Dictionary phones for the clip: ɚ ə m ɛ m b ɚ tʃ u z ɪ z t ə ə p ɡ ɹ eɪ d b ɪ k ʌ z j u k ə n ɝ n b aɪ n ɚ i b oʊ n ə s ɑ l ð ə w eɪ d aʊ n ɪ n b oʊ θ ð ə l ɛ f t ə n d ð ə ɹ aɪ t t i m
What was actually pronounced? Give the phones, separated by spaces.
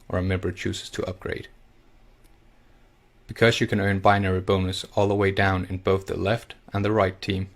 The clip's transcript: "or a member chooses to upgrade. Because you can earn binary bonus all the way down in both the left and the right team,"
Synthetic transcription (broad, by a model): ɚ ə m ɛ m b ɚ tʃ u z ɪ z t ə ə p ɡ ɹ eɪ d b ɪ k ʌ z j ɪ k ə n ɝ n b aɪ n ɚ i b oʊ n ə s ɑ l ð ə w eɪ d aʊ n ɪ n b oʊ θ ð ə l ɛ f t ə n ð ə ɹ aɪ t t i m